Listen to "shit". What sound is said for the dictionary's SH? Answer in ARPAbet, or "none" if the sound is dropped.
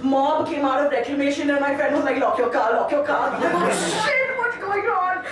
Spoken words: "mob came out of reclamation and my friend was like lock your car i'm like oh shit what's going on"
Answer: S